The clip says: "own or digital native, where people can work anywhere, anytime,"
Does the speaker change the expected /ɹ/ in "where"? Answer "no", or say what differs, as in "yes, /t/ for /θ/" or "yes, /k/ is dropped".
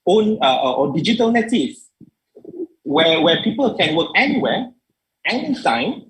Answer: yes, /w/ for /ɹ/